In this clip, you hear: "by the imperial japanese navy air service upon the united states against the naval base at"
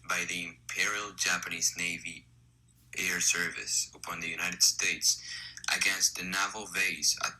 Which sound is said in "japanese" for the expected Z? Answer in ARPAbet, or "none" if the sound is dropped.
Z